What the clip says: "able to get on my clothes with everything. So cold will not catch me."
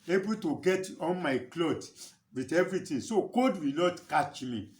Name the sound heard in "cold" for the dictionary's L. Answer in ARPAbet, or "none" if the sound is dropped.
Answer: none